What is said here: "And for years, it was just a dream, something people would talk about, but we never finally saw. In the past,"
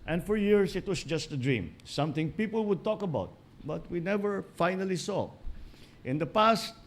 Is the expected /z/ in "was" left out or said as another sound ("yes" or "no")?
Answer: yes